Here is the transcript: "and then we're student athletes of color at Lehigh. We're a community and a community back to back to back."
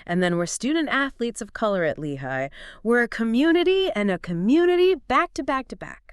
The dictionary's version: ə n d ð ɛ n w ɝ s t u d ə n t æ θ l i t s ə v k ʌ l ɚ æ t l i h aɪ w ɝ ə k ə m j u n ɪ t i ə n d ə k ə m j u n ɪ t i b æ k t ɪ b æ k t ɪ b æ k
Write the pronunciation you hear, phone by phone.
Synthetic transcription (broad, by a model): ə n ð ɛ n w ɝ s t u d n t æ θ l i t s ə v k ʌ l ɚ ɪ t l i h aɪ w ɝ ə k ə m j u n ɪ t i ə n ə k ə m j u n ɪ t i b æ k t ɪ b æ k t ɪ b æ k